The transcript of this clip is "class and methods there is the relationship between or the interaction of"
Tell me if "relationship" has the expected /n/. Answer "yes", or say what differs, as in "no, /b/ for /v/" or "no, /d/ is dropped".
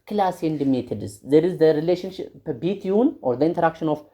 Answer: yes